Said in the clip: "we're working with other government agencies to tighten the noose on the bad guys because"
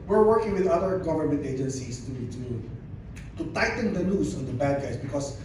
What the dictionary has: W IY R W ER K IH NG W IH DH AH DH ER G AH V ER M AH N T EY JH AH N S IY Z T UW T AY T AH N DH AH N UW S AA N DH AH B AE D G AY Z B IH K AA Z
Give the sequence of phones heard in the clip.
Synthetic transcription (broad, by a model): W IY R W ER K IH NG W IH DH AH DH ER G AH V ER M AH N T EY JH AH N S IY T T UW T AY T AH N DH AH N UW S AA N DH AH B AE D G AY S B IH K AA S